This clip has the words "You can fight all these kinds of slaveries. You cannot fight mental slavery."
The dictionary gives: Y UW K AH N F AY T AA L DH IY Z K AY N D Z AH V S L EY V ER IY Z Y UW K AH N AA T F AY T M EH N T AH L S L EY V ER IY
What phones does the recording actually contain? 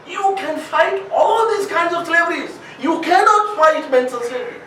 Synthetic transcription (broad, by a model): Y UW K AH N F AY T AA L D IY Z K AY N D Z AH V S L EY V ER IY Z Y UW K AH N AA T F AY T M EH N S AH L S L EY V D IY